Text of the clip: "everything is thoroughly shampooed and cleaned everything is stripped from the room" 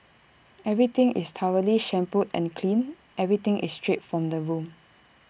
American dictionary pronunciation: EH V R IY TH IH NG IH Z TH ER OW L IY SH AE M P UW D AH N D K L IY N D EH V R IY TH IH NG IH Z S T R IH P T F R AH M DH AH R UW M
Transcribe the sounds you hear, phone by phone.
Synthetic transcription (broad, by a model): EH V R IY T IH NG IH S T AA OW L IY SH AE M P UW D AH N K L IY N EH V R IY T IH NG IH S T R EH T F R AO M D AH R UW M